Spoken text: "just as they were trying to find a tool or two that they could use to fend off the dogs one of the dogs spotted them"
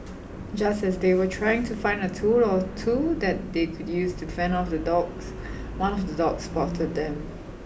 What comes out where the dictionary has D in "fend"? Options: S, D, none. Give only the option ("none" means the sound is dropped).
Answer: none